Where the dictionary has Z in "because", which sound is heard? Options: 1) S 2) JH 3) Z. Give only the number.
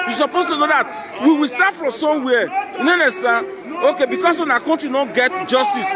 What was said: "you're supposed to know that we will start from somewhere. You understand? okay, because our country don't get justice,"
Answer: 1